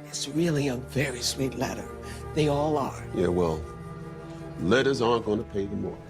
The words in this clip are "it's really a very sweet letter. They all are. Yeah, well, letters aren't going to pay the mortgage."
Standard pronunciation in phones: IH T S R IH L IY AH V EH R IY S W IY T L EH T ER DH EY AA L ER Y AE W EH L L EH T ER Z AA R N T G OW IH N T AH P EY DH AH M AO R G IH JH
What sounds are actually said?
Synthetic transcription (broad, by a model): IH T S R IH L IY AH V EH R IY S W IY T L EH T ER DH EY AA L ER Y AE W EH L L EH T ER Z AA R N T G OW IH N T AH P EY DH AH M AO R